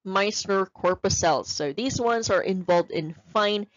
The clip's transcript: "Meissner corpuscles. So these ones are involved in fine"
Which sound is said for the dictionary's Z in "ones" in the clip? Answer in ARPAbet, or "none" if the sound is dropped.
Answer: Z